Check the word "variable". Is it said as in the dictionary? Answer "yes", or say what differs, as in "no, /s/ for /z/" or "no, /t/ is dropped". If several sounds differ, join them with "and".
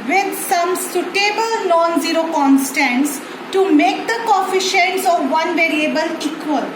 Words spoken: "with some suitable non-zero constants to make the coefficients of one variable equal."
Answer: yes